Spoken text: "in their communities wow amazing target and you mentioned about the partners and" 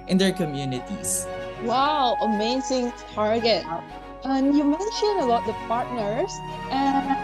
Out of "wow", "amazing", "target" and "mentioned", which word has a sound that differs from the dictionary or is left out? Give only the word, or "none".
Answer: mentioned